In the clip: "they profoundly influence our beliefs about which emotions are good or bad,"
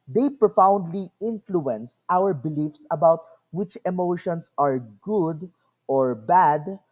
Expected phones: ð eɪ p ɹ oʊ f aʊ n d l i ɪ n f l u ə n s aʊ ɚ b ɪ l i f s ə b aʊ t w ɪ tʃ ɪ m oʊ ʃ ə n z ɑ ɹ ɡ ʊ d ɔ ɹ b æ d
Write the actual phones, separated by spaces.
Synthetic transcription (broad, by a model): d eɪ p ɹ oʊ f aʊ n d l i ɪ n f l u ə n s aʊ ɚ b ɪ l i f s ə b aʊ t w ɪ tʃ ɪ m oʊ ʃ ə n s ɑ ɹ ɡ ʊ d ɔ ɹ b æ d